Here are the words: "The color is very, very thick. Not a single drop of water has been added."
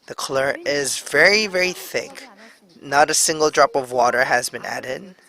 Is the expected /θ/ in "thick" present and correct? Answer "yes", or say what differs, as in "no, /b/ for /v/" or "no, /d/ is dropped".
yes